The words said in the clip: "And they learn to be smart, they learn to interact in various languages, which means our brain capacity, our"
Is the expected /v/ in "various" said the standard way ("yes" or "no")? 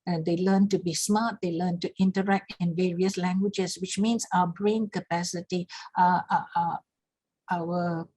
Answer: yes